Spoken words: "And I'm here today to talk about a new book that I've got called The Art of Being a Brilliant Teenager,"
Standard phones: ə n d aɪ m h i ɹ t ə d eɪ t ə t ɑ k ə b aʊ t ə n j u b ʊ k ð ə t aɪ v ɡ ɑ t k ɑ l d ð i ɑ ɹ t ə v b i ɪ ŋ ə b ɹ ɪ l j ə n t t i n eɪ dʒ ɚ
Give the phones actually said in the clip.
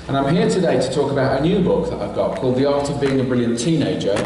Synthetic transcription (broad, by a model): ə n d aɪ m h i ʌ t ə d eɪ t ə t ɑ k ə b aʊ t ə n j u b ʊ k ð ə t aɪ v ɡ ɑ t k ɑ l d ð i ɑ t ə v b i ɪ ŋ ə b ɹ ɪ l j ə n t t i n eɪ dʒ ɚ